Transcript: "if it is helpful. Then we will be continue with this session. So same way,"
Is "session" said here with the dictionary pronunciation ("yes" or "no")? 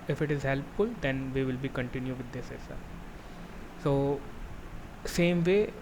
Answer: no